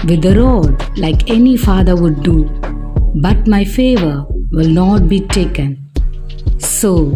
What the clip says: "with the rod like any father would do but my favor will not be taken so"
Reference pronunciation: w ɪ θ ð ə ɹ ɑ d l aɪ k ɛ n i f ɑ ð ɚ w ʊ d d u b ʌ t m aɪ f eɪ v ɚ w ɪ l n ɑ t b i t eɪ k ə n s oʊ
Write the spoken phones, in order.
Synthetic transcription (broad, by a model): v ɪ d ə ɹ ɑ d l aɪ k ɛ n i f ɑ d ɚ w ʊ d d u b ʌ t m aɪ f eɪ v ɚ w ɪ l n ɑ t b i t eɪ k ə n s oʊ